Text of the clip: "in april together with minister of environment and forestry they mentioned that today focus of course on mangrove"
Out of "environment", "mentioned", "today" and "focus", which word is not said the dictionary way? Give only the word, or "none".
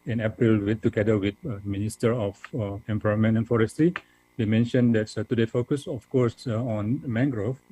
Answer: environment